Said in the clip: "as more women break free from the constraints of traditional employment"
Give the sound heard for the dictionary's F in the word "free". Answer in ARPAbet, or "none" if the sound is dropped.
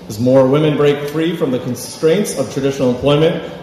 F